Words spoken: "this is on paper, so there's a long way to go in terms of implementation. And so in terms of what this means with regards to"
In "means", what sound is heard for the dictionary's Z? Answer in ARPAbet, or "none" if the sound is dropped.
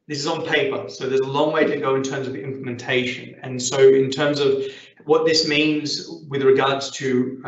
Z